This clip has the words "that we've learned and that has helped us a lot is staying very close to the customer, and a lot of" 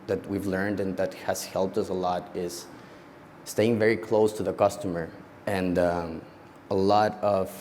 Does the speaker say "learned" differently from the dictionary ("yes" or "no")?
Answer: no